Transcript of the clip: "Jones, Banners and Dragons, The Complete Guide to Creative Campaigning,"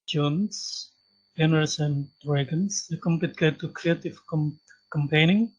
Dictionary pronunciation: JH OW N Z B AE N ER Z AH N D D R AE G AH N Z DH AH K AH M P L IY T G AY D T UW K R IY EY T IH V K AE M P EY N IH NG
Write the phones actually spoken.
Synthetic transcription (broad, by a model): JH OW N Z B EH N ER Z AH N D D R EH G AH N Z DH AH K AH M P IY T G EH T UW K R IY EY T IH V K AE M P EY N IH NG